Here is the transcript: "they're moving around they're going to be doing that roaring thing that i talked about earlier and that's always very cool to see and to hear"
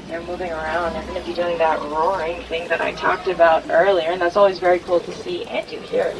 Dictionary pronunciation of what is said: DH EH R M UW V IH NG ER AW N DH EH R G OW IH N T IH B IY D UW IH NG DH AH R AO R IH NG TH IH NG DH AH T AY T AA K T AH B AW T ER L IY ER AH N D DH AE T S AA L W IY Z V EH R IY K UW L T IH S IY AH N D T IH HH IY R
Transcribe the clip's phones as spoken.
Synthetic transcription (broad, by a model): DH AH R M UW V IH NG ER AW N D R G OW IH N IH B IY D UW IH NG DH AH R R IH NG TH IH NG DH AH T AY T AA K T AH B AW T ER L IY ER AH N DH AE T S AA L W IY Z V EH R IY K UW L T IH S IY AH N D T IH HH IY R